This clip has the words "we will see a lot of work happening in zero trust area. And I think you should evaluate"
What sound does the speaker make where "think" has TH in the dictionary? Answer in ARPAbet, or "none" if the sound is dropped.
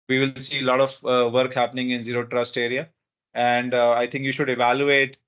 T